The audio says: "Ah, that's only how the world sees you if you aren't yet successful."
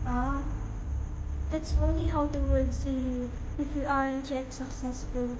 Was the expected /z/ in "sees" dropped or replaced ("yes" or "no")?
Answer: yes